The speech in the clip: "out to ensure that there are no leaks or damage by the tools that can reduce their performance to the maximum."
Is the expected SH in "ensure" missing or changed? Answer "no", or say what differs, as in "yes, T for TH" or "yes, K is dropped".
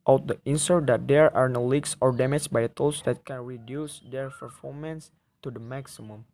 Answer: yes, S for SH